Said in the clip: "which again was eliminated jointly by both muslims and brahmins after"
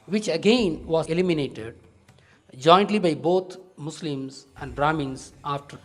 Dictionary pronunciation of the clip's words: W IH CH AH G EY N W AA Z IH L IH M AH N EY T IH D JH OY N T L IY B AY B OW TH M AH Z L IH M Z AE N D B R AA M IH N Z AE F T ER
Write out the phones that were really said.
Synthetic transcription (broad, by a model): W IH CH AH G EY N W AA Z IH L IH M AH N EY T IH D JH OY N T L IY B AY B OW T M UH S L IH M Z AE N D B R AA M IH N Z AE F T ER